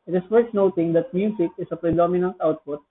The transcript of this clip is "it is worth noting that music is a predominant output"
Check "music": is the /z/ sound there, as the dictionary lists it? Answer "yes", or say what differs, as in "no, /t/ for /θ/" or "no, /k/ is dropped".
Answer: no, /s/ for /z/